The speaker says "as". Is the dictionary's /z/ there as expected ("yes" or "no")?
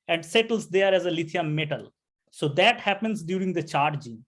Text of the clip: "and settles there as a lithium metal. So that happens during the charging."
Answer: yes